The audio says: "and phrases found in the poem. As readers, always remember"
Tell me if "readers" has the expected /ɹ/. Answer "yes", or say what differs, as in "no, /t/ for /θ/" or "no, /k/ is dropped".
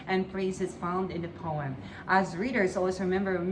yes